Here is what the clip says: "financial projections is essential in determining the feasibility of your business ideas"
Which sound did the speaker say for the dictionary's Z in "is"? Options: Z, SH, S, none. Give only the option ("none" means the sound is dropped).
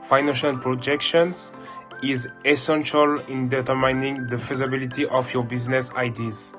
Z